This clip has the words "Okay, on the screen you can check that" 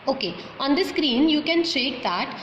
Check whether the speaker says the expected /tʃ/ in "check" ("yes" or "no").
no